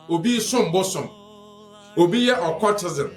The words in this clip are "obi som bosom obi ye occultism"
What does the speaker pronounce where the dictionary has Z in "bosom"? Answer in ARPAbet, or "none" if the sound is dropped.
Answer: S